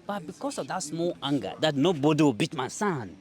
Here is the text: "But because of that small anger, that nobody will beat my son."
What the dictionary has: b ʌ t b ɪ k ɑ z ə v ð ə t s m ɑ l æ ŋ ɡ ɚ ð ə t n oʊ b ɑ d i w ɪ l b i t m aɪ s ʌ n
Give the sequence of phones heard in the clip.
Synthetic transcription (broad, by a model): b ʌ t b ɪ k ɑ s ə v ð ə t s m ɑ l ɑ ŋ ɡ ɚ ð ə t n oʊ b ɑ d i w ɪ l b i t m aɪ s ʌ n